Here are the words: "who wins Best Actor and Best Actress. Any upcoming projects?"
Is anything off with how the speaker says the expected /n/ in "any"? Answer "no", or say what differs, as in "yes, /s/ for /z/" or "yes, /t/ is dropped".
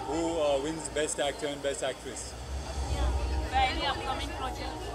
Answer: yes, /l/ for /n/